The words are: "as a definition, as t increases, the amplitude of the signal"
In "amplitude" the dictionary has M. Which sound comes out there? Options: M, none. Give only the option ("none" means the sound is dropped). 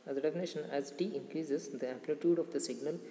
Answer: none